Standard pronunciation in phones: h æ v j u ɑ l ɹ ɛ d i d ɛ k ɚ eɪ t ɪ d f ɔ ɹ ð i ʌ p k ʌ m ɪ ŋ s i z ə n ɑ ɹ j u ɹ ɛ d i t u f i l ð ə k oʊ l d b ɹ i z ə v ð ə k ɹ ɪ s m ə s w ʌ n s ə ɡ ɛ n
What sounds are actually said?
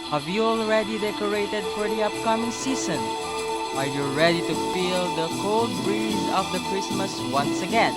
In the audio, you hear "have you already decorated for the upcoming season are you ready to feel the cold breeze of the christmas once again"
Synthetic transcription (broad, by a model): h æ v j u ɑ l ɹ ɛ d i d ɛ k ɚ eɪ t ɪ d f ɔ ɹ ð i ʌ p k ʌ m ɪ ŋ s i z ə n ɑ l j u ɹ ɛ d i t u f i l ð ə k oʊ l d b ɹ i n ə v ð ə k ɹ ɪ s m ə s w ʌ n s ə ɡ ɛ n